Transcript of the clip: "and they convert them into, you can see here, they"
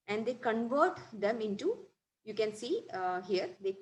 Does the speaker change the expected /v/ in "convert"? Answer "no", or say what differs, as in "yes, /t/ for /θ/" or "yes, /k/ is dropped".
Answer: no